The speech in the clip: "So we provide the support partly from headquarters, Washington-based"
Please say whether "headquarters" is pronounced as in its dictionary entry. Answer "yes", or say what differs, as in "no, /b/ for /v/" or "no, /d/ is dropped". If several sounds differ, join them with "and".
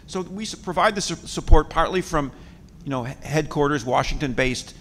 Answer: yes